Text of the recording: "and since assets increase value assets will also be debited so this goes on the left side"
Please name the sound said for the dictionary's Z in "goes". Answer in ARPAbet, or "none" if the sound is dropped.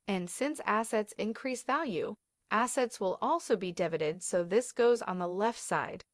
Z